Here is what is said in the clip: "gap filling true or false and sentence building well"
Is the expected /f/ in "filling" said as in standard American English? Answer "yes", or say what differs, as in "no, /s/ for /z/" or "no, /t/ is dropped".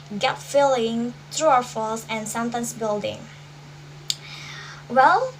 yes